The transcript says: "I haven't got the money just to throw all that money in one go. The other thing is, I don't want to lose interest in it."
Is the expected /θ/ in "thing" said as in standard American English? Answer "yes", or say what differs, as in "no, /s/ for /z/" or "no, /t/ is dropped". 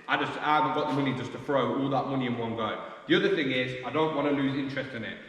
yes